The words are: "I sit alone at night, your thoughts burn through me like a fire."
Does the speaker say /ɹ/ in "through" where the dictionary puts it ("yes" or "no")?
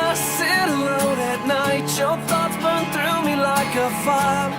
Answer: yes